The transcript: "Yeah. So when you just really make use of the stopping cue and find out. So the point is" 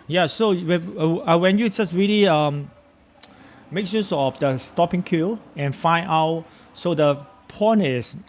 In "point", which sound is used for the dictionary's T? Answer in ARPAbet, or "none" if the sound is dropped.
none